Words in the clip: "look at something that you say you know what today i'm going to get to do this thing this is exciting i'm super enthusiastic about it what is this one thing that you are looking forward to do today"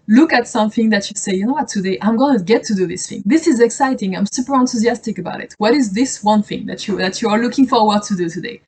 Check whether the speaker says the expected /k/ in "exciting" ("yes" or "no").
yes